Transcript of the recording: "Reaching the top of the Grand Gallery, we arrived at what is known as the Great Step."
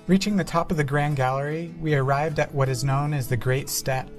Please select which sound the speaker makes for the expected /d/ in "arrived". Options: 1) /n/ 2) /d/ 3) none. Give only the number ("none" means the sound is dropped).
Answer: 2